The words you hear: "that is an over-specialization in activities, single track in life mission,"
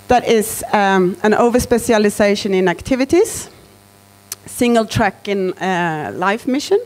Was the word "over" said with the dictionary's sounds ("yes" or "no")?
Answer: yes